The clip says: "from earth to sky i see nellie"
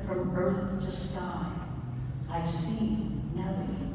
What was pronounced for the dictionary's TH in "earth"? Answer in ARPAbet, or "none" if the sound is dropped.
TH